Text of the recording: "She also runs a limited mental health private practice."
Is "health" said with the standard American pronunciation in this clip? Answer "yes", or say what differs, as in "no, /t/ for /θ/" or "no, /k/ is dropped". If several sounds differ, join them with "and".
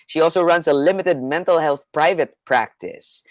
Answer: yes